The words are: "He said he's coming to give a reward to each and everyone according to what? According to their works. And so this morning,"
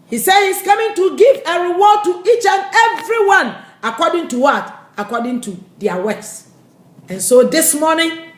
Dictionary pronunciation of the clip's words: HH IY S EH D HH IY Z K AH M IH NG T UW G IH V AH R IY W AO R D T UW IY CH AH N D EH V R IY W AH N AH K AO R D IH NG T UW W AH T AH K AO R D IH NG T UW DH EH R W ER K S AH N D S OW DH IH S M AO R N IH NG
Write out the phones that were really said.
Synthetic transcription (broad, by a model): HH IY S EH D HH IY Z K AH M IH NG T UW G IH V AH R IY W AO D T UW IY CH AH N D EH V R IY W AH N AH K AO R D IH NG T UW W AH T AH K AO D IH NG T UW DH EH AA W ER S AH N S OW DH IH S M AO N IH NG